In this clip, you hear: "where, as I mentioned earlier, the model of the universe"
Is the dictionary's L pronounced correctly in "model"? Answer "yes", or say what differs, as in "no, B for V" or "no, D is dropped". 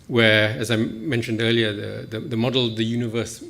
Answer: yes